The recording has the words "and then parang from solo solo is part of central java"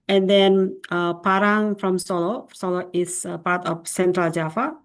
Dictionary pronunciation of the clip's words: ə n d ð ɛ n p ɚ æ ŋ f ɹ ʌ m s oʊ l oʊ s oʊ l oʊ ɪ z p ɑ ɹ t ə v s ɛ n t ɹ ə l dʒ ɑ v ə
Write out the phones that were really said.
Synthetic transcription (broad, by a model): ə n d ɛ n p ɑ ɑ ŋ f ɹ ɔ m s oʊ l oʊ s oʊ l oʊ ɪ s p ɑ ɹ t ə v s ɛ n t ɹ ə l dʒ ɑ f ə